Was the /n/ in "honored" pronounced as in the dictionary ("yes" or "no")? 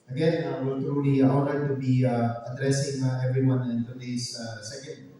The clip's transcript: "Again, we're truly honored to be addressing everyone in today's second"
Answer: no